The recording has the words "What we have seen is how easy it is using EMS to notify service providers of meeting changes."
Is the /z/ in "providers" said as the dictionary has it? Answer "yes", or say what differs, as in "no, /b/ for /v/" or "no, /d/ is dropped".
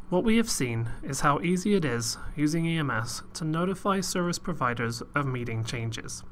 yes